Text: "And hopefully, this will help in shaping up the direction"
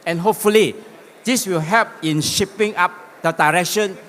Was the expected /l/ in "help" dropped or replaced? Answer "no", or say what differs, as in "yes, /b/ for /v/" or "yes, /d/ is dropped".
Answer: yes, /l/ is dropped